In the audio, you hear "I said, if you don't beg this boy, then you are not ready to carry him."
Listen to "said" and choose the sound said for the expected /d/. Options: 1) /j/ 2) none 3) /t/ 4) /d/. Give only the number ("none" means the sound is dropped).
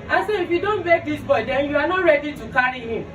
2